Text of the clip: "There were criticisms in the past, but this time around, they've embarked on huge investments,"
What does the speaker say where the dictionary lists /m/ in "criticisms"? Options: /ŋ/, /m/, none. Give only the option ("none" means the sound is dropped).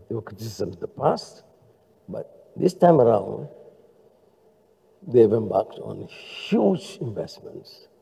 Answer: none